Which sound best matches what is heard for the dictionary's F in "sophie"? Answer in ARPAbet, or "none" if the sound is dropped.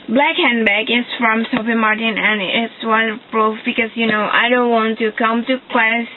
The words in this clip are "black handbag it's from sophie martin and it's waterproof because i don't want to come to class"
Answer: P